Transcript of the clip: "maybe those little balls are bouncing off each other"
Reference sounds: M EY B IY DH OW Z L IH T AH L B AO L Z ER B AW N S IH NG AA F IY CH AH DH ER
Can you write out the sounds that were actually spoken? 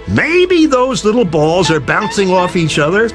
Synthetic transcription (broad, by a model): M EY B IY DH OW Z L IH T L B AO L Z ER B AW N S IH NG AA F IY CH AH DH ER